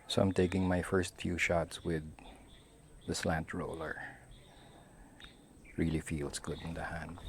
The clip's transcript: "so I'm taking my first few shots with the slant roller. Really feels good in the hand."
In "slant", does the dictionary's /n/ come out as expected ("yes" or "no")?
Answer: yes